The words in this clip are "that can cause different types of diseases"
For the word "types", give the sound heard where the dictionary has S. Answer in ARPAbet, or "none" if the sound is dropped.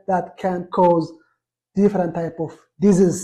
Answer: none